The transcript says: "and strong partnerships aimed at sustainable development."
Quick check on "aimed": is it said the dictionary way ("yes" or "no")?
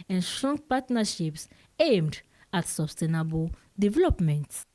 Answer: yes